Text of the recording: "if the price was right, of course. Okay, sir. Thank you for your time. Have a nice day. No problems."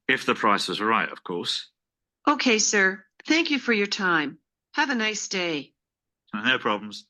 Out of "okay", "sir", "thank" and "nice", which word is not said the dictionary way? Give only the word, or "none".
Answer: none